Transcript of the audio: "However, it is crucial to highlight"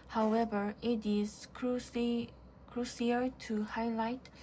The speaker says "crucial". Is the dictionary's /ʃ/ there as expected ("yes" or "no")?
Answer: no